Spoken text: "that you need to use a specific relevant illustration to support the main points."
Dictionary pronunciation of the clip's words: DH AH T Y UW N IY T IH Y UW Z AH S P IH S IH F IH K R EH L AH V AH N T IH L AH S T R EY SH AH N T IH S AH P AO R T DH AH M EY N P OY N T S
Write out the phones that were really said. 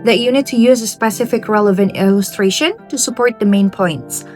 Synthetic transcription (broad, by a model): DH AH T Y UW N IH T IH Y UW Z AH S P IH S IH F IH K R EH L AH V AH N T IH L AH S T R EY SH AH N T IH S AH P AO R T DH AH M EY N P OY N T S